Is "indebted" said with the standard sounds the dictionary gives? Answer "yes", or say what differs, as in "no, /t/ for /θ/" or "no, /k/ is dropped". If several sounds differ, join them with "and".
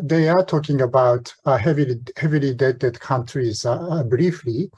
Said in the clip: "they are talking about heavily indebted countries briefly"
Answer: no, /l/ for /n/